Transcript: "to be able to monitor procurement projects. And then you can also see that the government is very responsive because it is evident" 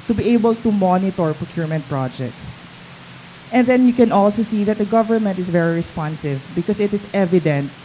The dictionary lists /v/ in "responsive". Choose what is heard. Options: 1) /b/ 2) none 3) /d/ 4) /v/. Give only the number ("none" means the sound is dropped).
4